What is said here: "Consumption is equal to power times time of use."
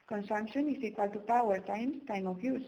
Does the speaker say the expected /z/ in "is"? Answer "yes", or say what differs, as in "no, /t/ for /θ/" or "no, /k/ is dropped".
no, /s/ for /z/